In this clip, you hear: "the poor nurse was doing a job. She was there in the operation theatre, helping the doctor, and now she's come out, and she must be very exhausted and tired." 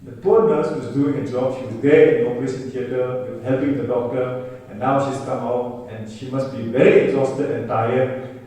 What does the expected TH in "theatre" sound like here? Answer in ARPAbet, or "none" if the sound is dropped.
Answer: T